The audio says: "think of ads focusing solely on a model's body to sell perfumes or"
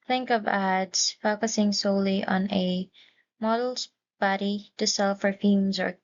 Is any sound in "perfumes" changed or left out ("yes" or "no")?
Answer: yes